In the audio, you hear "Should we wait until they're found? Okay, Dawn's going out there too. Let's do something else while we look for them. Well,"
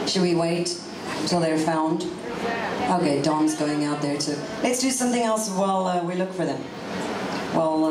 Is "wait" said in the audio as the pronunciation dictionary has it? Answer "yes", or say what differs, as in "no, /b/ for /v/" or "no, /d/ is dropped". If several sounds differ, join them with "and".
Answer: yes